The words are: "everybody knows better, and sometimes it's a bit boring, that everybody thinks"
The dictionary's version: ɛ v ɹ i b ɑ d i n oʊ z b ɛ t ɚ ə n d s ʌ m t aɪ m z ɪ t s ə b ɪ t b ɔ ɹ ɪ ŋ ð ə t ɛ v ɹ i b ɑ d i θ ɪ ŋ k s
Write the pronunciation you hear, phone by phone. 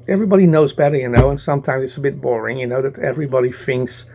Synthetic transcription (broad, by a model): ɛ v ɹ i b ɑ d i n oʊ z b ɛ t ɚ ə n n s ʌ m t aɪ m z ɪ t s ə b ɪ t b ɔ ɹ ɪ ŋ ð ə t ɛ v ɹ i b ɑ d i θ ɪ ŋ k s